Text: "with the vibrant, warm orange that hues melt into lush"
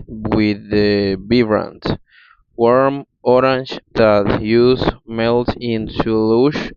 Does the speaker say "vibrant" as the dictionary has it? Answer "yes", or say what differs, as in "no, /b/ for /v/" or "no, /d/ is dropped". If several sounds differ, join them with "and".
no, /b/ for /v/